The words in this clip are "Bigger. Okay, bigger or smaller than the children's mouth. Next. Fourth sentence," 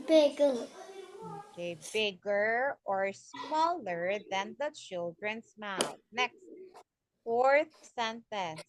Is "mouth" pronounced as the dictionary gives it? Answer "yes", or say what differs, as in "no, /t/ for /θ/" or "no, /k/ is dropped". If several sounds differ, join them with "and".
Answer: no, /t/ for /θ/